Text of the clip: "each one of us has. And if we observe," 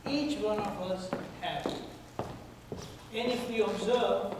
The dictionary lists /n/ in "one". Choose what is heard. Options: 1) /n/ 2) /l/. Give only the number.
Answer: 1